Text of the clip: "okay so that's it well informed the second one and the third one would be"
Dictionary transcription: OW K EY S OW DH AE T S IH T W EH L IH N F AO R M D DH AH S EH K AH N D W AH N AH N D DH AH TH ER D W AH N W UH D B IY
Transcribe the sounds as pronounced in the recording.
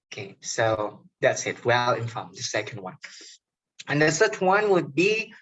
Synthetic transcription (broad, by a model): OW K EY S OW DH AE T S IH T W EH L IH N F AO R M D DH AH S EH K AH N D W AH N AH N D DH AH S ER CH W AH N W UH D B IY